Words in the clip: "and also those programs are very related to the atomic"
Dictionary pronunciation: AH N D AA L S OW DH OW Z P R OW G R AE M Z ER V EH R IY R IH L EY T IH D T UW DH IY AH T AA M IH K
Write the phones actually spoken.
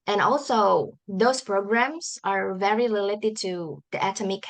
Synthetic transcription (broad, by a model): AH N AA L S OW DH OW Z P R OW G R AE M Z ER V EH R IY L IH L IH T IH D T UW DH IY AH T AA M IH K